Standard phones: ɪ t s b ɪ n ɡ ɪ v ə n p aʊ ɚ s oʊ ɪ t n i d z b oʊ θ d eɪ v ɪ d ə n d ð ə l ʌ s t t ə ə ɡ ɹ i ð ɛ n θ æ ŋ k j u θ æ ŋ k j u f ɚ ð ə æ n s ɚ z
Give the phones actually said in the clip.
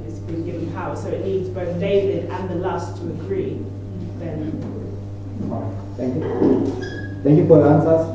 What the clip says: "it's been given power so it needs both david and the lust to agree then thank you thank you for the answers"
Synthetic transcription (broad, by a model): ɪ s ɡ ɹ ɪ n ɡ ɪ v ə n p aʊ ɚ s oʊ ɪ t n i d z b oʊ θ d eɪ v ɪ d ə n ð ə l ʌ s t t ə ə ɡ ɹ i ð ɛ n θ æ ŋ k j u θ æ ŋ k j u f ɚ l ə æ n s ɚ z